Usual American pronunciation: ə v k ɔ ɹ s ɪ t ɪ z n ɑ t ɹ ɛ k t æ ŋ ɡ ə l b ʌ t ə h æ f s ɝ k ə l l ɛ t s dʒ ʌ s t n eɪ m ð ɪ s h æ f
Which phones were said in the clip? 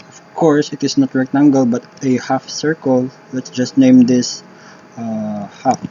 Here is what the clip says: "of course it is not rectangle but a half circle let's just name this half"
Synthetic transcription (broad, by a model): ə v k ɔ ɹ s ɪ t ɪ s n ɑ t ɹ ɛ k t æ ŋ ɡ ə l b ʌ t ə h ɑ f s ɝ k ə l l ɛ t s dʒ ʌ s t n eɪ m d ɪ s h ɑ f